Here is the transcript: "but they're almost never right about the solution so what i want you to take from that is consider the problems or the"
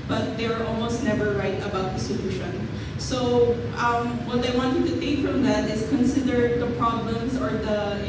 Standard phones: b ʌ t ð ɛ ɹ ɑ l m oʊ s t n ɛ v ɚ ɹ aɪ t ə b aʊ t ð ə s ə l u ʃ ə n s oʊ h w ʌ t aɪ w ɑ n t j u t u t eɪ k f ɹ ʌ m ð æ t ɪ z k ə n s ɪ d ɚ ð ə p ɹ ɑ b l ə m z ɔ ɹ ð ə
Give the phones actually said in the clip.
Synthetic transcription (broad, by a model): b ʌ t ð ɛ ɹ ɑ l m oʊ s t n ɛ v ɚ ɹ aɪ t ə b aʊ t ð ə s ə l u ʃ ə n s oʊ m w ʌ t aɪ w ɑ n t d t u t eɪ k f ɹ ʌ m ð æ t ɪ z k ə n s ɪ d ɚ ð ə p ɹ ɑ b l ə m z ɔ ɹ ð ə